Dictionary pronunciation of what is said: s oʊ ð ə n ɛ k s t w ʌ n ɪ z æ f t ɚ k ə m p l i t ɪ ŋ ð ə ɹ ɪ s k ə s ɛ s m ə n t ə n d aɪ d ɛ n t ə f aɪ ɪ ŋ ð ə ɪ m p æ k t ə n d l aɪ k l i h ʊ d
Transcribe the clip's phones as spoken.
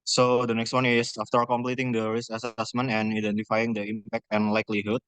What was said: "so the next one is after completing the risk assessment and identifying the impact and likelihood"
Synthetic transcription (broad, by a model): s oʊ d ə n ɛ k s t w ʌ n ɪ s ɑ f t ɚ k ə m p l i t ɪ ŋ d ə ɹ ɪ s ə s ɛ s m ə n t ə n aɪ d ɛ n t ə f aɪ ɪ ŋ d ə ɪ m p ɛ k t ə n l aɪ k l i h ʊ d